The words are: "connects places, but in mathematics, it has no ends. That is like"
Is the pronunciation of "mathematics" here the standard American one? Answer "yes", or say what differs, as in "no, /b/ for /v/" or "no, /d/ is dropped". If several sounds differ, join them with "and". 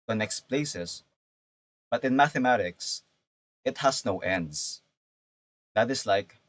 yes